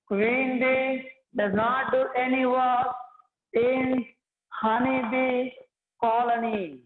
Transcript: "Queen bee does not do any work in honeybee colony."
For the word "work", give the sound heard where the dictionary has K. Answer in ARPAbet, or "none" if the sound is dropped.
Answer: none